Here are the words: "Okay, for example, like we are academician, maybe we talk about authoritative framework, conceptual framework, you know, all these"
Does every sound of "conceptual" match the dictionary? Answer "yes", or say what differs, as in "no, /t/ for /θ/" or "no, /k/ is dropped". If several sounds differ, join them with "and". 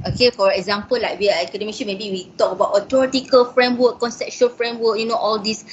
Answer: no, /ʃ/ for /tʃ/